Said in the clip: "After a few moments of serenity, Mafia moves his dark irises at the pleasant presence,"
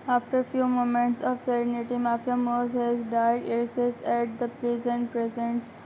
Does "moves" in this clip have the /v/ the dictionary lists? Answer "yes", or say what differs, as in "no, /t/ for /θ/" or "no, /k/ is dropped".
no, /v/ is dropped